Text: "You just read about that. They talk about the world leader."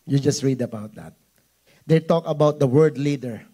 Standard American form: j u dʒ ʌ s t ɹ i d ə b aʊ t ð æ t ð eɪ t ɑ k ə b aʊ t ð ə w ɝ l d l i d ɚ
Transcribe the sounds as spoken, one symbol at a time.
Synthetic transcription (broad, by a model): j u dʒ ʌ s t ɹ i d ə b aʊ t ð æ t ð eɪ t ɑ k ə b aʊ t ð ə w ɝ d l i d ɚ